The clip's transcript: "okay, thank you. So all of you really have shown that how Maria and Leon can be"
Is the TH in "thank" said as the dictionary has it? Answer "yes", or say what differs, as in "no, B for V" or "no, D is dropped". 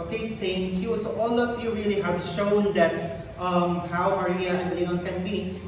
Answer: no, S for TH